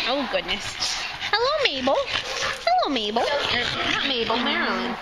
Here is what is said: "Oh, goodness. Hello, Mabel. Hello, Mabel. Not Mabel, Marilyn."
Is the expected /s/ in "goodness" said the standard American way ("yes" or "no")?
yes